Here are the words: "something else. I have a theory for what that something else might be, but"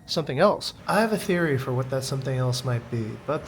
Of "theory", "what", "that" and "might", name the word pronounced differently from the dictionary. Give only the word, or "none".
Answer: none